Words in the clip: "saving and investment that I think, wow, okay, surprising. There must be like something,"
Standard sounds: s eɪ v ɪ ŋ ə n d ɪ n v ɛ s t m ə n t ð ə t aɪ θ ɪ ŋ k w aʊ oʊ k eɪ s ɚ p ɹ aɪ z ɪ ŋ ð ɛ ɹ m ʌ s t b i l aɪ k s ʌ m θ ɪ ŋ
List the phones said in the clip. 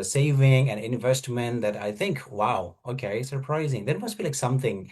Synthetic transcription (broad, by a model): s eɪ v ɪ ŋ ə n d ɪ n v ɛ s t m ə n ð ə t aɪ θ ɪ ŋ k w aʊ oʊ k eɪ s ɚ p ɹ aɪ z ɪ ŋ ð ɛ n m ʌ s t b i l aɪ k s ʌ m θ ɪ ŋ